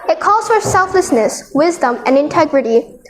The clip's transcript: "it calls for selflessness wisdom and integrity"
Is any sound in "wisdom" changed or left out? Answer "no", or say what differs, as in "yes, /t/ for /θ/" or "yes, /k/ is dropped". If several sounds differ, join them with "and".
no